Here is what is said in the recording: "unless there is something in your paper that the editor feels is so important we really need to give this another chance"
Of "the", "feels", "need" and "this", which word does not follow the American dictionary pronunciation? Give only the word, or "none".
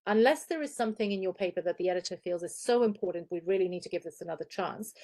none